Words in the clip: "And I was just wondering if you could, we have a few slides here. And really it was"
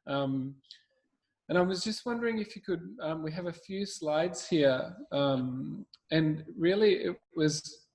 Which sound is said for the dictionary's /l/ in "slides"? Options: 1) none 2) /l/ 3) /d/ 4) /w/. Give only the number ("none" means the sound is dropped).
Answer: 2